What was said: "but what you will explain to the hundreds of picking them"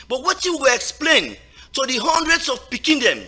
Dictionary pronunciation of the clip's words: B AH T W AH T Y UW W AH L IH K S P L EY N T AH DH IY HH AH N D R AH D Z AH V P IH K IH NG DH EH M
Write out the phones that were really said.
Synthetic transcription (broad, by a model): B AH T W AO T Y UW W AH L IH K S P L EY N T AH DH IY HH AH N D R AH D S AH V P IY K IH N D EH M